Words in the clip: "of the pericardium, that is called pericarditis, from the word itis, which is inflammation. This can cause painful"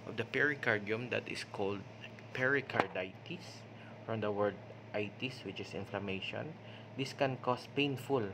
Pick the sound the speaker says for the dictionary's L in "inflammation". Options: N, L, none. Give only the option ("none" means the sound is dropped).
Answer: L